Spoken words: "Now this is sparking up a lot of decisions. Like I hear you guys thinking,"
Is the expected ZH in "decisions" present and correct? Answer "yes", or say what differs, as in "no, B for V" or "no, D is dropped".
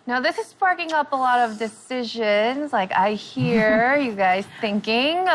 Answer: yes